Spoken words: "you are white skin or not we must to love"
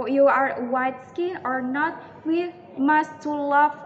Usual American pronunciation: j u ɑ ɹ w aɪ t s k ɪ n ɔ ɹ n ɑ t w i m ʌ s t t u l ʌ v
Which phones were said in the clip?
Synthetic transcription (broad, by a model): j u ɑ ɹ w aɪ t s k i ɔ ɹ n ɑ t w i m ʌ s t t u l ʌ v